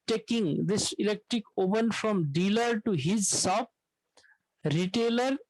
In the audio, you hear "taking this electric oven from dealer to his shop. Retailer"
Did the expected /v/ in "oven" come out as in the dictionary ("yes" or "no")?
no